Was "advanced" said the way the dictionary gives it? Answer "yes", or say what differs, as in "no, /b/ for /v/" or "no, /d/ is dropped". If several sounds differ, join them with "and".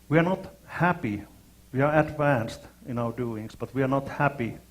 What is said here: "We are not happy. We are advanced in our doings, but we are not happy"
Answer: yes